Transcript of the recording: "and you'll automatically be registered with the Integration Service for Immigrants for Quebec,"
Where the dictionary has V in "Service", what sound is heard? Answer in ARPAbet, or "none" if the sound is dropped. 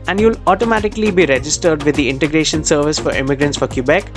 V